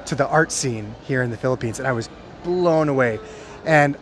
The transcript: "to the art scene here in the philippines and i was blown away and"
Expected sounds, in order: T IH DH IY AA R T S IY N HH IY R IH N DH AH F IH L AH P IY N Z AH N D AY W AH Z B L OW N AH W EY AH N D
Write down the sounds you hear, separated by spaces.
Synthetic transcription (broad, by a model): T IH DH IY AA R T S IY N HH IY R IH N DH AH F IH L AH P IY N Z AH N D AY W AH Z B L OW N AH W EY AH N